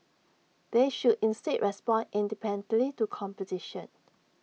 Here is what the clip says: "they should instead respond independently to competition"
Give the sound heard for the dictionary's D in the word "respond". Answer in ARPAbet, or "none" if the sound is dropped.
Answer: none